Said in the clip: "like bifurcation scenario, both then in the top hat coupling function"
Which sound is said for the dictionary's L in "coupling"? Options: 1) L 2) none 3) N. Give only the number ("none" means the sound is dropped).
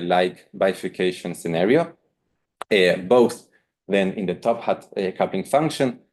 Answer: 2